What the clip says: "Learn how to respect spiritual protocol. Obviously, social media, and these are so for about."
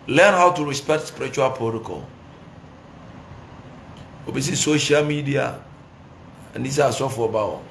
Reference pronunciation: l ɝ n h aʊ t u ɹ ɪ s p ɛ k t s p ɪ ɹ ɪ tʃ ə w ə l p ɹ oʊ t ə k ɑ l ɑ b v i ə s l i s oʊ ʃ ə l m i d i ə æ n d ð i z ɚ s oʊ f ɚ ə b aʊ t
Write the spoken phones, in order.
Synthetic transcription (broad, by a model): l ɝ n h aʊ t u ɹ ɪ s p ɛ k t s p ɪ ɹ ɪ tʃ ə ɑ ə p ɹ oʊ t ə k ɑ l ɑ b i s i s oʊ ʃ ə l m i d i ə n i s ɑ s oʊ f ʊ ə b aʊ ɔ